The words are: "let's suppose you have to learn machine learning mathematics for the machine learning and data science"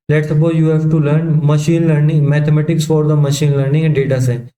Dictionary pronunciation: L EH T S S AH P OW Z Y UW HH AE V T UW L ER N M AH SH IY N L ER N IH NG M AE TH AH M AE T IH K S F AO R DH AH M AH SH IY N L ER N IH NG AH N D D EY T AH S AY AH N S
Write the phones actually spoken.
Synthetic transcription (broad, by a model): L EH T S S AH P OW Y UW HH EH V T UW L ER N M AH SH IY N L ER N IH NG M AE T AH M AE T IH K S F AO R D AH M AH SH IY N L ER N IH NG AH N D D EY T AH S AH